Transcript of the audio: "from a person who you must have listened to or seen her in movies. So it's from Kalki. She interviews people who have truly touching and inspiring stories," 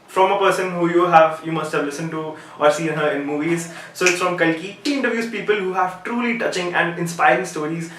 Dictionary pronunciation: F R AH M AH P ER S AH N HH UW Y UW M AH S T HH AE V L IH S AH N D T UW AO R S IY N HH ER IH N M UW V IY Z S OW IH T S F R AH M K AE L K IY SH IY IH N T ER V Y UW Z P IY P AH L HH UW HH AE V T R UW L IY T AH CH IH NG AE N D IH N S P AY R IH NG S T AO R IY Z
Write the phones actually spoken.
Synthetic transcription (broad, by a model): F R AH M AH P ER S AH N HH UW Y UW M AH S T HH AE V L IH S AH N T UW AO R S IY N HH ER IH N M UW V IY Z S OW IH T S F R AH M K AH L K IY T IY IH N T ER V Y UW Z P IY P AH L HH UW HH AE V T R UW L IY T AH CH IH NG AE N D IH N S P AY R IH NG S T AO R IY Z